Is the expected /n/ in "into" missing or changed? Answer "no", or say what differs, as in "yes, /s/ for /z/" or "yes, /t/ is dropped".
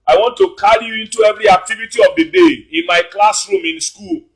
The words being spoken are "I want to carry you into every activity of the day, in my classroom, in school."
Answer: no